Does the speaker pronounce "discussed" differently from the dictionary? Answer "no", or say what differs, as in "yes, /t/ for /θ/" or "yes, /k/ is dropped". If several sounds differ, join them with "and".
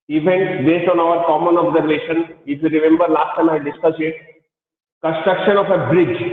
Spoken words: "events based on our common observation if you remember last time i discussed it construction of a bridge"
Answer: yes, /t/ is dropped